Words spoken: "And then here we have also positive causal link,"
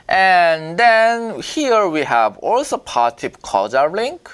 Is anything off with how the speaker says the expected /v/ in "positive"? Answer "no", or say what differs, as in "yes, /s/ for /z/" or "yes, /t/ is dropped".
yes, /p/ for /v/